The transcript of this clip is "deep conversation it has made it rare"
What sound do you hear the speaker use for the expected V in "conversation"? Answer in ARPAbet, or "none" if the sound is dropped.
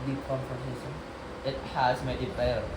F